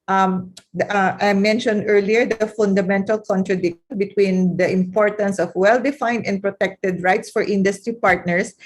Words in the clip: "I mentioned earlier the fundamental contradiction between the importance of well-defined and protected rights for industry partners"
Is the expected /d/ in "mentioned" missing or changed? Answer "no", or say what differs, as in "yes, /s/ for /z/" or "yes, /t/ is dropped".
no